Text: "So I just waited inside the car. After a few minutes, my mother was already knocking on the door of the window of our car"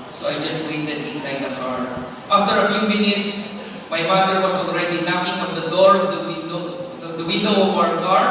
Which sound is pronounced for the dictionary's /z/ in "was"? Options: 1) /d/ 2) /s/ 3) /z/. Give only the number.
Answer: 2